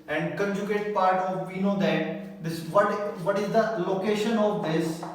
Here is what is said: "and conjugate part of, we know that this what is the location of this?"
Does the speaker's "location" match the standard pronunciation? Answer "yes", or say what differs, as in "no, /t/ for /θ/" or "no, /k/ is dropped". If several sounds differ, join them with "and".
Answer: yes